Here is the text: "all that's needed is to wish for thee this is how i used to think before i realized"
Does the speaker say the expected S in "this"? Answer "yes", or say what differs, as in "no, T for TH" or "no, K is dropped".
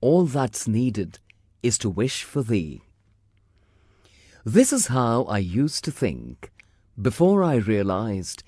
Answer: yes